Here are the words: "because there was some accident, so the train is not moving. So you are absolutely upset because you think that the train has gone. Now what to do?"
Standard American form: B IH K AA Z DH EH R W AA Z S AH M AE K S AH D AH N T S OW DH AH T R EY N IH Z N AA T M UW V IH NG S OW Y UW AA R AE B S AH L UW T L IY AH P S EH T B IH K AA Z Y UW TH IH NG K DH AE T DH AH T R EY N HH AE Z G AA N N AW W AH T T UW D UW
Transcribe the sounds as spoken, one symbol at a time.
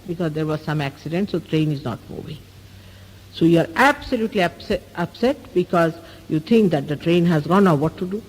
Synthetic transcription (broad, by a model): B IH K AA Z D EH R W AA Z S AH M AE K S AH D AH N T S OW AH T R EY N IH Z N AA T M UW V IH NG S OW Y UW AA R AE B S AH L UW T L IY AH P S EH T B IH K AA Z Y UW T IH NG K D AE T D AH T R EY N HH AE Z G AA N N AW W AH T T UW D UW